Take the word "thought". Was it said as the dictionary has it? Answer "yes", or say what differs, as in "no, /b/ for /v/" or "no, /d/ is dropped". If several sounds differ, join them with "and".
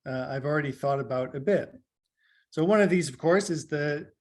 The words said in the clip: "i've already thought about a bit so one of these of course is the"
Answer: yes